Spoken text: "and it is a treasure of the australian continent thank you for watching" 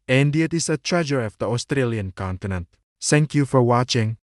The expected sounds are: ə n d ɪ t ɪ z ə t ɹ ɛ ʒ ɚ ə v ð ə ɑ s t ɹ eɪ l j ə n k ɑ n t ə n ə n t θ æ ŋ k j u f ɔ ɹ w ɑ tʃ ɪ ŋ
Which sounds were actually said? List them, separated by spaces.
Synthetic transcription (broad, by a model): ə n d ɪ t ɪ s ə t ɹ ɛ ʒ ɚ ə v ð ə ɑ s t ɹ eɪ l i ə n k ɑ n t ə n ə n t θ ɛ ŋ k j u f ɔ ɹ w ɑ tʃ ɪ ŋ